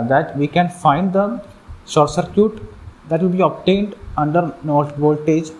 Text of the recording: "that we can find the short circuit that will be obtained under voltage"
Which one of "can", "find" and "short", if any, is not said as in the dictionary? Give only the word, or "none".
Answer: short